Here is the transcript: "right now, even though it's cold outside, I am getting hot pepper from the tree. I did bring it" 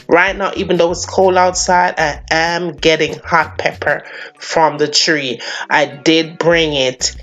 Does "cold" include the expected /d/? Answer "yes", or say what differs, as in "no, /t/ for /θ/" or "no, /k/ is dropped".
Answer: no, /d/ is dropped